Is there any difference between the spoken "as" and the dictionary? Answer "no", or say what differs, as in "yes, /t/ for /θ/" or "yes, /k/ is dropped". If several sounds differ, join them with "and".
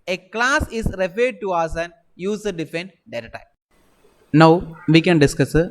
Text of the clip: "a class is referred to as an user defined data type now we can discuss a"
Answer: yes, /s/ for /z/